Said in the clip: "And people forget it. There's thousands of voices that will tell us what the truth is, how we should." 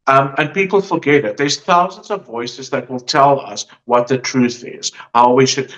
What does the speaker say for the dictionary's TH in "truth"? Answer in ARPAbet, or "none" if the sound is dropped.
TH